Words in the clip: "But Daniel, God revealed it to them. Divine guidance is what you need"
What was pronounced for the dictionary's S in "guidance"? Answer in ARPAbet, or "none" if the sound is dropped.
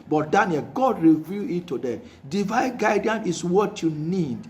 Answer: none